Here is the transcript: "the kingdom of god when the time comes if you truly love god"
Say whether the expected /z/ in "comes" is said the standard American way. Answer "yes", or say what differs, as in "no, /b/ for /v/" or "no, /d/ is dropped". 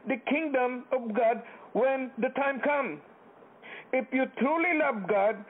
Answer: no, /z/ is dropped